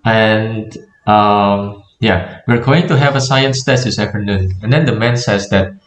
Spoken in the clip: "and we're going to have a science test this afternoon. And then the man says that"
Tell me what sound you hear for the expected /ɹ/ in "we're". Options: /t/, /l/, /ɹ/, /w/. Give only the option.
/ɹ/